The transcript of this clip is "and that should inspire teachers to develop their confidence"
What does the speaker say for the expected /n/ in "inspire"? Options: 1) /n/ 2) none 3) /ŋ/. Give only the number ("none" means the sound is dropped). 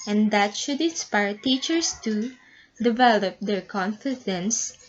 1